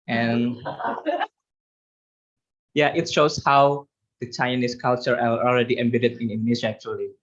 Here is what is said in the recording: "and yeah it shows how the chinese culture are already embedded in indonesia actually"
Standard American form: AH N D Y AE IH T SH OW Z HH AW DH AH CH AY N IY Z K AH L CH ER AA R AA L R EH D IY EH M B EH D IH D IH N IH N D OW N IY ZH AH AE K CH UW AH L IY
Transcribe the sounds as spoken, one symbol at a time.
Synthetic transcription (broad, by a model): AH N Y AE IH T SH OW S HH AW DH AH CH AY N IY S K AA L CH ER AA L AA L R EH D IY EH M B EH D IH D IH N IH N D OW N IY S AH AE K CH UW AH L IY